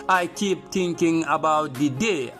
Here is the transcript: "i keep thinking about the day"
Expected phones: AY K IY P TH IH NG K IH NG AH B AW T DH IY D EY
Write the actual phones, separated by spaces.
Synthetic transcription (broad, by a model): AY K IY P T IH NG K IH NG AH B AW T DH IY D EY